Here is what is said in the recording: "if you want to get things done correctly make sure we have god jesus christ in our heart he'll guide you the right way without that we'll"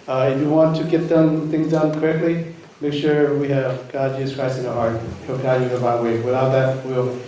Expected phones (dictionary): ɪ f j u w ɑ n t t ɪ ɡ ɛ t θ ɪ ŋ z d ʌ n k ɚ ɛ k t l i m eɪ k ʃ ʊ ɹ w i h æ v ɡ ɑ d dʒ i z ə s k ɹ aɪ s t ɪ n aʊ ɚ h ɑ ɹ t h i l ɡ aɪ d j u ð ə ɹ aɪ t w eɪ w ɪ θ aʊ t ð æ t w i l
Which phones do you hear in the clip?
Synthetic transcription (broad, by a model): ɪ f j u w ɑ n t t ɪ ɡ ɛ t θ ɪ ŋ z d ʌ n k ɚ ɛ k t l i m eɪ k ʃ ʊ ɹ w i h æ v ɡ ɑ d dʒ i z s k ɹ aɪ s ɪ n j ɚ h ɑ ɹ t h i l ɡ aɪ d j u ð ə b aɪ w eɪ w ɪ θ aʊ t ð æ t w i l